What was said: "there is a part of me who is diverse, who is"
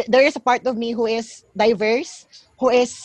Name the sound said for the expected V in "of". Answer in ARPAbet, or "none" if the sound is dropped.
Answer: V